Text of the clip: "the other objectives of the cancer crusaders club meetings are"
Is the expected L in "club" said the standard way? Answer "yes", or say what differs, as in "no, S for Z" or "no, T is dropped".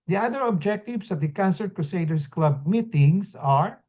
yes